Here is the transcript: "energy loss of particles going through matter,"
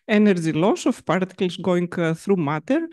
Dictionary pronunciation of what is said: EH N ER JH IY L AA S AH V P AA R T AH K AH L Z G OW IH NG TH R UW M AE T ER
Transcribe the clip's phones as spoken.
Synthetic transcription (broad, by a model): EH N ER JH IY L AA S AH F P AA R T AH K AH L S G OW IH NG TH R UW M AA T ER